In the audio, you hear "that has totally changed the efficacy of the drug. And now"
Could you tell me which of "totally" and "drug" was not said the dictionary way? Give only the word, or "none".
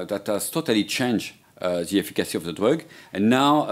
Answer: drug